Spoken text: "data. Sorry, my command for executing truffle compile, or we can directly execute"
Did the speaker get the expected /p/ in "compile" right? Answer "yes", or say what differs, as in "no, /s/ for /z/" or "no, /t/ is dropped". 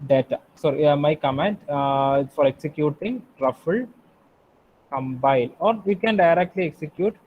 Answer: no, /b/ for /p/